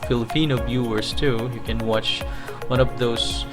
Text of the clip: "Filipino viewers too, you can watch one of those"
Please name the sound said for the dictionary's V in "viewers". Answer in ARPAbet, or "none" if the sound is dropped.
B